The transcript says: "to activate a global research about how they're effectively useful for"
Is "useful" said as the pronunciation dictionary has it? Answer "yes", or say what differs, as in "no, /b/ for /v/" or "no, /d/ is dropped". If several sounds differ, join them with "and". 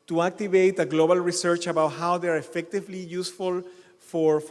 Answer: yes